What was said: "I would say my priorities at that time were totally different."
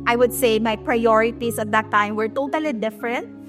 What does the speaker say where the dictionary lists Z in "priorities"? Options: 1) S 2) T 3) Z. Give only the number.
1